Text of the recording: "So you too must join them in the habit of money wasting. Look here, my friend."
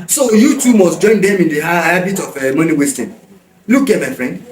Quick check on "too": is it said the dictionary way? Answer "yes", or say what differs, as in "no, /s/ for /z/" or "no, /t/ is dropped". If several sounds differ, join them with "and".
yes